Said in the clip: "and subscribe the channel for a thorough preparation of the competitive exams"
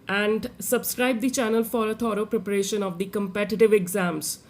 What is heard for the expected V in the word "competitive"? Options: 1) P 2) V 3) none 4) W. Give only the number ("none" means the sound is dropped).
2